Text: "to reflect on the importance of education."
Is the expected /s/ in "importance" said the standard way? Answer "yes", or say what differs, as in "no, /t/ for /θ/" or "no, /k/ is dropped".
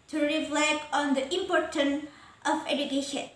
no, /s/ is dropped